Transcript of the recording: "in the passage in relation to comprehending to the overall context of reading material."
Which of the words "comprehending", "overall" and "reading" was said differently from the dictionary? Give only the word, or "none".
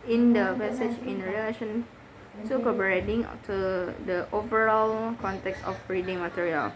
comprehending